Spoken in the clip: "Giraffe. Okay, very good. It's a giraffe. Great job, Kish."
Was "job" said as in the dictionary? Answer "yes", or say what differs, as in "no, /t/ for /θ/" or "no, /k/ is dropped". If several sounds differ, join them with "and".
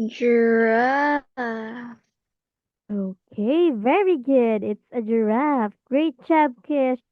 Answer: no, /tʃ/ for /dʒ/